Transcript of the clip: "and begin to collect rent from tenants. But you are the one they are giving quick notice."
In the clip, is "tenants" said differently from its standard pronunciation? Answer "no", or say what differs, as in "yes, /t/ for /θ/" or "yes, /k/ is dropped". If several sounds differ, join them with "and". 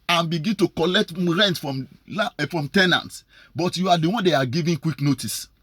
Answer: no